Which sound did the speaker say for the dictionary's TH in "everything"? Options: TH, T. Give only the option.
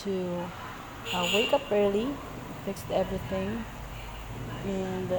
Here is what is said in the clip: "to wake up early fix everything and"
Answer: TH